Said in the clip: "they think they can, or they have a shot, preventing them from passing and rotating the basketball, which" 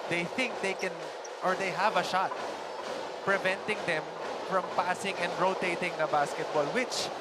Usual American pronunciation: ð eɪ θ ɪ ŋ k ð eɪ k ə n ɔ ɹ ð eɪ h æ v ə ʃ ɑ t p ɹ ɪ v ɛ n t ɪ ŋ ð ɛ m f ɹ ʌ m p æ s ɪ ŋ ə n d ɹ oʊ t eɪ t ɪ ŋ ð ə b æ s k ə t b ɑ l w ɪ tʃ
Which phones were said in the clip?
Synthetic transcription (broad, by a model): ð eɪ θ ɪ ŋ k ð eɪ k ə n ɔ ɹ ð eɪ h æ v ə ʃ ɑ t p ɹ ɪ v ɛ n t ɪ ŋ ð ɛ m f ɹ ʌ m p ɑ s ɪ ŋ ə n d ɹ oʊ t eɪ t ɪ ŋ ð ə b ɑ s k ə t b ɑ l w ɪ tʃ